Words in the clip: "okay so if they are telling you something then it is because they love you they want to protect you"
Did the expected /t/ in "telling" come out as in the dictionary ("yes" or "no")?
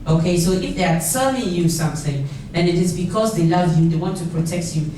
no